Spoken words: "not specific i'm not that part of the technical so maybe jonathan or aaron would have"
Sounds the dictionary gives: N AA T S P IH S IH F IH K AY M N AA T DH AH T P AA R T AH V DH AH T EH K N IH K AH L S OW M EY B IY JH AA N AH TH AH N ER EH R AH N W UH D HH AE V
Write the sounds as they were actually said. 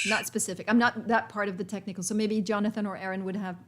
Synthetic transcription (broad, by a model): N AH T S P IH S IH F IH K AY M N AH T DH AH T P AA R T AH V DH AH T EH K N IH K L S OW M EY B IY JH AA N AH TH AH N ER EH R AH N W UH D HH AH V